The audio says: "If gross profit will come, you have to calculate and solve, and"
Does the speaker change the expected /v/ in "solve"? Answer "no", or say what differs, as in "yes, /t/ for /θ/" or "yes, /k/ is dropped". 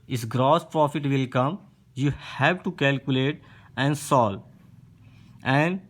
yes, /v/ is dropped